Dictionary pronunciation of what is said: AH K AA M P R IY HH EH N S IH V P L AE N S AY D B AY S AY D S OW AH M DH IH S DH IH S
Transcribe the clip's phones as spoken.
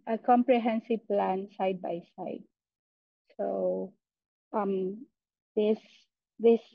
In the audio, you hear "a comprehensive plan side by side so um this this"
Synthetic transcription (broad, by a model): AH K AA M P R IY HH EH N S IH V P L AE N S AY D B AY S AY D S OW AH M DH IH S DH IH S